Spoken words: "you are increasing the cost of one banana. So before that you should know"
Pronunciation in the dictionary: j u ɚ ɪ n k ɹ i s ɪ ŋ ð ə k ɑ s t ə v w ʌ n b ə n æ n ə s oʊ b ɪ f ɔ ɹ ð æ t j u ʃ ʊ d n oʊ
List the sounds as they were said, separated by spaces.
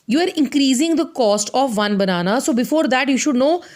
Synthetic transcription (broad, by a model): j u ɚ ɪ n k ɹ i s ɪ ŋ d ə k ɑ s t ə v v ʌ n b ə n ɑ n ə s oʊ b ɪ f ɔ ɹ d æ t j u ʃ ʊ d n oʊ